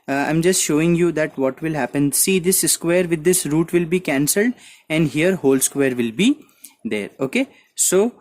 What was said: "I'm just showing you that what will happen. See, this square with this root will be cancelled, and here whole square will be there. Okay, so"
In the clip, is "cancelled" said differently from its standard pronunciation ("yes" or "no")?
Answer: no